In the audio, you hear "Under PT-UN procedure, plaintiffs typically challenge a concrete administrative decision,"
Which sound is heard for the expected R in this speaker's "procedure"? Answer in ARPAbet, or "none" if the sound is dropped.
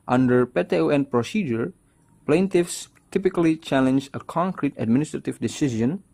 R